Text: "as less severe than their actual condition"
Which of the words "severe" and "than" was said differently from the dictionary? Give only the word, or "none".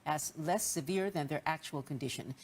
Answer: none